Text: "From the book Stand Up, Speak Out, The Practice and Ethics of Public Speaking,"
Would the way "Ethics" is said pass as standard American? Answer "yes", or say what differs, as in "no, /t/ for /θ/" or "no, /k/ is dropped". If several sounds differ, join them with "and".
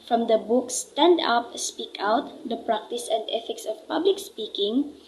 no, /f/ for /θ/